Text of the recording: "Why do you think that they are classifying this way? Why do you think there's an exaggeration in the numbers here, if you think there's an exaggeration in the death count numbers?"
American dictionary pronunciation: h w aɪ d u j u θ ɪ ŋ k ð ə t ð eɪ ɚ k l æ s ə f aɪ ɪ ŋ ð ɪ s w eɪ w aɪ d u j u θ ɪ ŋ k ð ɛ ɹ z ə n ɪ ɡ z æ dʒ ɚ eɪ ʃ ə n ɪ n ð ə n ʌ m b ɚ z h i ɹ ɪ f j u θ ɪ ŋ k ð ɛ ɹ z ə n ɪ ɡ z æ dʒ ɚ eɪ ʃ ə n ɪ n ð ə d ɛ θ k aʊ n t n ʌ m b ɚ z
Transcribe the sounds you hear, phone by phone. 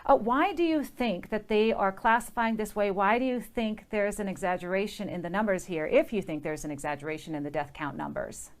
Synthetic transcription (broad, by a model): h w aɪ d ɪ j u θ ɪ ŋ k ð ə t ð eɪ ɚ k l æ s ə f aɪ ɪ ŋ ð ɪ s w eɪ w aɪ d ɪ j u θ ɪ ŋ k ð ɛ ɹ z ə n ɪ ɡ z æ dʒ ɚ eɪ ʃ ə n ɪ n ð ə n ʌ m b ɚ z h i ɹ ɪ f j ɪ θ ɪ ŋ k ð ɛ ɹ z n ɪ ɡ z æ dʒ ɚ eɪ ʃ ə n ɪ n ð ə d ɛ θ k aʊ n n ʌ m b ɚ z